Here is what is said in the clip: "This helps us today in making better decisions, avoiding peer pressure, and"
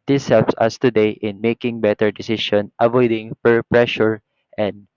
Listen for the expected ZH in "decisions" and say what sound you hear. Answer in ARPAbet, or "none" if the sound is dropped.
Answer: SH